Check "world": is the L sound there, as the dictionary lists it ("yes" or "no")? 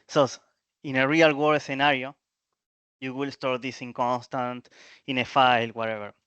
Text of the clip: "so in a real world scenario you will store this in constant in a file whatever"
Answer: no